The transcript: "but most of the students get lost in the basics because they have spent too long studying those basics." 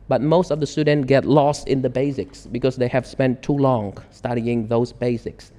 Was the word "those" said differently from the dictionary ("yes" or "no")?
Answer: no